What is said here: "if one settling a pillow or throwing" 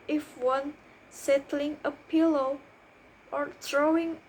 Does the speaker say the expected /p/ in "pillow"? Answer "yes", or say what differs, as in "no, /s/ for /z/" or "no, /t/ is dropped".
yes